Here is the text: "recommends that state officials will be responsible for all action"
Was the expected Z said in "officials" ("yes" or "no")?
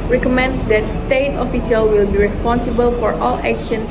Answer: no